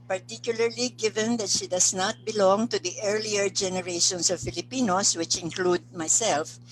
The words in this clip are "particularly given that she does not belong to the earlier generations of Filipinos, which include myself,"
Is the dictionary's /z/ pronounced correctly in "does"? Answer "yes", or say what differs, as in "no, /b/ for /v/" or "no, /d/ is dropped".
no, /s/ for /z/